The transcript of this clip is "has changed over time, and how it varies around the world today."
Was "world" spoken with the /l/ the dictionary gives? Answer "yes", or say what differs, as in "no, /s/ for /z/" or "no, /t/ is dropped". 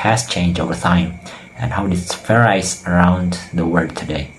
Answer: no, /l/ is dropped